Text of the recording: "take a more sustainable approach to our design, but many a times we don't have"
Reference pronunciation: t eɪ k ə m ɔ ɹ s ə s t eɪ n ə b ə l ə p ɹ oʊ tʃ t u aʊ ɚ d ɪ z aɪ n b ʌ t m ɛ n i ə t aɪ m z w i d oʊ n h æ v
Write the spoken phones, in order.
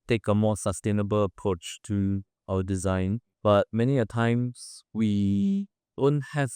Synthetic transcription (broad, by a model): t eɪ k ə m ɔ s ə s t eɪ n ə b ə l ə p ɹ oʊ tʃ t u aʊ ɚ d ɪ z aɪ n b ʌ t m ɛ n i ə t aɪ m s w i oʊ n h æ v